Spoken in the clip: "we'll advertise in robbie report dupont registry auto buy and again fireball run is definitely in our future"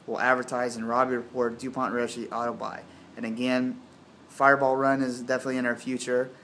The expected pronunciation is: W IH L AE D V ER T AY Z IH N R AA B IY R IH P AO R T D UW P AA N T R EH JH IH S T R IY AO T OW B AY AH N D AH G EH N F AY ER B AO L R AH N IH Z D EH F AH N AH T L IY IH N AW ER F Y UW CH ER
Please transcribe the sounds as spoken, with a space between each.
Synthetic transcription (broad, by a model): W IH L AE D V ER T AY Z IH N R AA B IY R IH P AO R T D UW P AA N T R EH SH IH T AO T OW B AY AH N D AH G EH N F AY ER B AO L R AH N IH Z D EH F AH N AH T L IY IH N AW ER F Y UW CH ER